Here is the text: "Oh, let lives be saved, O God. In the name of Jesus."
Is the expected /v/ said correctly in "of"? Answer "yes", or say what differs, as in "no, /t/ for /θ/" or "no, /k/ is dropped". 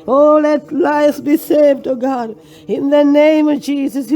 yes